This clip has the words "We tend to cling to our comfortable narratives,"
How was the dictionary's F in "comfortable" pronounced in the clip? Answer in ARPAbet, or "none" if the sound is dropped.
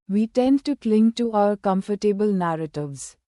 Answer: F